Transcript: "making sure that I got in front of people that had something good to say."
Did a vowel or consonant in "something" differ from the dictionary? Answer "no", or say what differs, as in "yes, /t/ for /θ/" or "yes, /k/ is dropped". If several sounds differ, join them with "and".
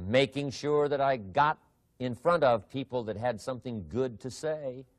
no